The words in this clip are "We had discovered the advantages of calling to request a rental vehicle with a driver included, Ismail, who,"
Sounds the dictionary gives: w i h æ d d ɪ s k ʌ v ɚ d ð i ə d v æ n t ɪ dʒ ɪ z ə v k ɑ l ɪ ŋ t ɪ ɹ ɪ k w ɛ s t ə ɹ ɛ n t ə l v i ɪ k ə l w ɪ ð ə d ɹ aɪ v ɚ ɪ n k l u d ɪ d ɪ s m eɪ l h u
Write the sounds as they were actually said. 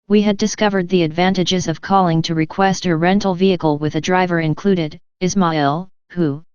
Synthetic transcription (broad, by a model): w i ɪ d d ɪ s k ʌ v ɚ d ð i ə d v æ n t ɪ dʒ ɪ z ə v k ɑ l ɪ ŋ t ɪ ɹ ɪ k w ɛ s t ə ɹ ɛ n t l v i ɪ k l w ɪ ð ə d ɹ aɪ v ɚ ɪ n k l u d ɪ d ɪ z m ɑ l h u